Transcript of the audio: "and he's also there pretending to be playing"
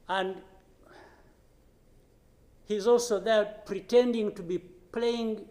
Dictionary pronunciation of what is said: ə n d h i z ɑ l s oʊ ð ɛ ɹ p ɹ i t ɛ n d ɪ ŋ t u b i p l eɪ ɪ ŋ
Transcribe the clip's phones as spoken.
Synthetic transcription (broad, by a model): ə n d h i z ɑ l s oʊ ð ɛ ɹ p ɹ i t ɛ n d ɪ ŋ t u b i p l eɪ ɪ ŋ